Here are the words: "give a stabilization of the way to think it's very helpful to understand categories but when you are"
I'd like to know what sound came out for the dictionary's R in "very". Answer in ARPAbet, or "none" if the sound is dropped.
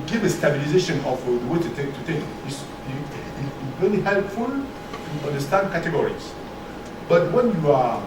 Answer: L